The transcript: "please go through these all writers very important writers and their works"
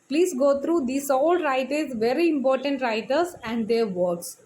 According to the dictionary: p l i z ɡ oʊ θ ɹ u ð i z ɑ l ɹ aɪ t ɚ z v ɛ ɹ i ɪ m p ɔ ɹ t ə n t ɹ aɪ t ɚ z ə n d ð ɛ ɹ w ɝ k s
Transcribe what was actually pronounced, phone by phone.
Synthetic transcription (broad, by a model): p l i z ɡ oʊ t ɹ u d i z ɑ l ɹ aɪ t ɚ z v ɛ ɹ i ɪ m p ɔ ɹ t ə n t ɹ aɪ t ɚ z ə n d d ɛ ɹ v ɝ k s